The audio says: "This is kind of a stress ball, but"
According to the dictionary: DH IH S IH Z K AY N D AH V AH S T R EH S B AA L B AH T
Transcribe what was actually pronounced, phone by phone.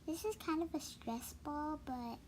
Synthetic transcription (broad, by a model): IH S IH S K AY N D AH V AH S T R EH S B AA L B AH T